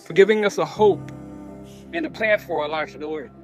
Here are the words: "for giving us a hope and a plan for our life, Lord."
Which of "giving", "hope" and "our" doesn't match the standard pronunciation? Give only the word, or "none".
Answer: none